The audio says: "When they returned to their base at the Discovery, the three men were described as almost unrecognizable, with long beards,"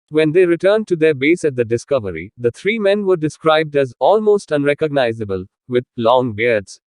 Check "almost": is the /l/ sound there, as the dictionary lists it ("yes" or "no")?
yes